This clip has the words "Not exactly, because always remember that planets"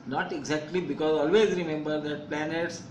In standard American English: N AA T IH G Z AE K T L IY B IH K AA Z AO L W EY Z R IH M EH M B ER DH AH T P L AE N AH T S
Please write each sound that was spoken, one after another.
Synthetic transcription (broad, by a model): N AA T IH G Z AE K T L IY B IH K AA Z AO L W EY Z R IH M EH M B ER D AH T P L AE N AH T S